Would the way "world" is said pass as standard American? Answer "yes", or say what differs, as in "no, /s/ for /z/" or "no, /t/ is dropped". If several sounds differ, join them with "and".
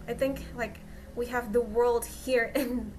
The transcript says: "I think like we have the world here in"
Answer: yes